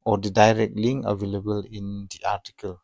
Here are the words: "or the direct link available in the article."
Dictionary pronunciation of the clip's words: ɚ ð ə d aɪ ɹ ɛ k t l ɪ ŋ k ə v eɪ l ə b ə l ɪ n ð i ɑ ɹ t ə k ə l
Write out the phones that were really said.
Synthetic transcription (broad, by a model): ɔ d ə d aɪ ɹ ɛ k t l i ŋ ə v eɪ l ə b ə l ɪ n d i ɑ ɹ t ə k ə l